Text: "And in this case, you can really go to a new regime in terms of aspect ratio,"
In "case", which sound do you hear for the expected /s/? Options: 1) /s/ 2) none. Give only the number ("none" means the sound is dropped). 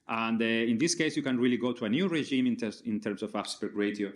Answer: 1